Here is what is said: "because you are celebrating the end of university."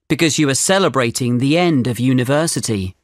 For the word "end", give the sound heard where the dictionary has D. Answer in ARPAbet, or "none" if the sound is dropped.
D